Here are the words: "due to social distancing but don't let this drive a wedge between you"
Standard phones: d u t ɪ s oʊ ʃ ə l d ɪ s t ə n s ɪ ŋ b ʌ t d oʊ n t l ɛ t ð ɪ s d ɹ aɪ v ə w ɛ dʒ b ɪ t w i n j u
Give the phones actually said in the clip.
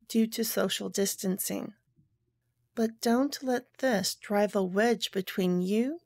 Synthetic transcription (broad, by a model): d u t ɪ s oʊ ʃ l d ɪ s t ə n s ɪ ŋ b ʌ t d oʊ n t l ɛ t ð ɪ s d ɹ aɪ v ə w ɛ dʒ b ɪ t w i n j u